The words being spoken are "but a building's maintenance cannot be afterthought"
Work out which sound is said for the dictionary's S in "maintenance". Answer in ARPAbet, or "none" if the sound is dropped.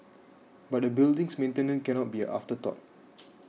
none